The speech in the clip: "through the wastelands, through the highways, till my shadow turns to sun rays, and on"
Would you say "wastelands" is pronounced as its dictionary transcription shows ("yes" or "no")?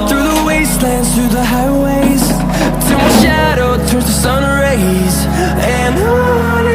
yes